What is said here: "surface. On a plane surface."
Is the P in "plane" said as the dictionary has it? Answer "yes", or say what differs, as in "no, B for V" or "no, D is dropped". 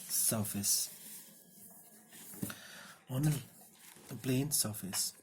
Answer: no, B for P